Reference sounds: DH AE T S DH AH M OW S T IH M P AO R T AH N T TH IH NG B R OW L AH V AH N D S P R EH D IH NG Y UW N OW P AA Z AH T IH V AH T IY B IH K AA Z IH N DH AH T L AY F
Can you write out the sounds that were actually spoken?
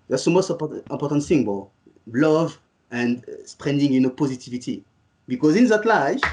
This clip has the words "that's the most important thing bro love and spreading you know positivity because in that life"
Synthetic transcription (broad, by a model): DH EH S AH M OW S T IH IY P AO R T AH N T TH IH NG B OW L AH V AH N D S P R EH D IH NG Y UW N OW P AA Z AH T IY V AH T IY B IH K AA Z IH N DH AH T L AY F